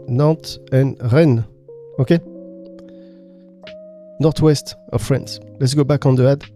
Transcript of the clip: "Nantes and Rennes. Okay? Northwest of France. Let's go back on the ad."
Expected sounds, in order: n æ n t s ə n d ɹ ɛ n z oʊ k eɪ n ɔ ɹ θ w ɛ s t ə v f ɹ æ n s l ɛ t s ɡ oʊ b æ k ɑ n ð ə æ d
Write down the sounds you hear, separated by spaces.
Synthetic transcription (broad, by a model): n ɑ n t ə n ɹ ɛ n oʊ k eɪ n ɔ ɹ t w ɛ s t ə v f ɹ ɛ n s l ɛ t s ɡ oʊ b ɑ k ɑ n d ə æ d